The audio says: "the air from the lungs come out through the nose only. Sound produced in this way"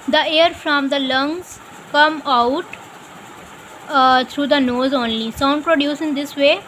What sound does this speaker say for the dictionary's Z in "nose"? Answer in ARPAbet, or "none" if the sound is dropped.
Z